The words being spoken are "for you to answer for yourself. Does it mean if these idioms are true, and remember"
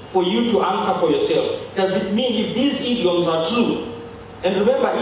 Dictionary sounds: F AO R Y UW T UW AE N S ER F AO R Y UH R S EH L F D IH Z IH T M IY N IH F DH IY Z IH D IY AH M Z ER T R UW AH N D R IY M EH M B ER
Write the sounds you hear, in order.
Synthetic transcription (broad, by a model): F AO R Y UW T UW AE N S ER F AO R Y UH R S EH L F D IH Z IH T M IY N IH F DH IY Z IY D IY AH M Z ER T R UW AH N D R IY M EH M B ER